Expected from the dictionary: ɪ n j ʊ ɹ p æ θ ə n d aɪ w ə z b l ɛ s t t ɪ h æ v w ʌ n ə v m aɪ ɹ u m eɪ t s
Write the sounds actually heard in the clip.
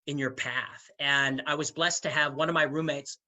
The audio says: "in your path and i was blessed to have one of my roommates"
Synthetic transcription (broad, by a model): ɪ n j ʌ ɹ p æ θ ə n aɪ w ə z b l ɛ s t t ɪ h v w ʌ n ə v m aɪ ɹ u m eɪ t s